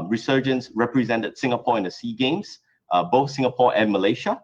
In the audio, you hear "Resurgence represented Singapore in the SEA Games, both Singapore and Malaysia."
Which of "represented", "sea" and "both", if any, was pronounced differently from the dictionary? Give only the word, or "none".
none